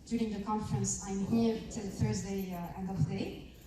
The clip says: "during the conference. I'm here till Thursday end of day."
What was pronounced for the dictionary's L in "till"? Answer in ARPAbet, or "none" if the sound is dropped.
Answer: L